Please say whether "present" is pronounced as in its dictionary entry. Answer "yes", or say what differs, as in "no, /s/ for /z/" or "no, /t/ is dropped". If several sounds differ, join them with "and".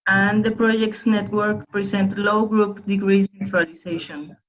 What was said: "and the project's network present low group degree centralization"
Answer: no, /s/ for /z/